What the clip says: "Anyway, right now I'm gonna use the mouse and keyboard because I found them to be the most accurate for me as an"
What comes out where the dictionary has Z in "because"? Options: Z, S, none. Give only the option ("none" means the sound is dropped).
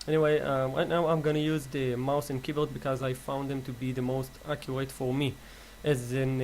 Z